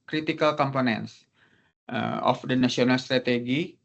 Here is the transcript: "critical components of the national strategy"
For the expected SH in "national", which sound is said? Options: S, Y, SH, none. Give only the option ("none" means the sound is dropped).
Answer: S